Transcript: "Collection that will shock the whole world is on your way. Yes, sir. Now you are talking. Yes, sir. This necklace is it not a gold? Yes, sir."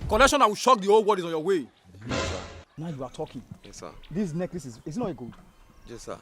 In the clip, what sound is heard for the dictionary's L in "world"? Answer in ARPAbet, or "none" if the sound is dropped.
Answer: none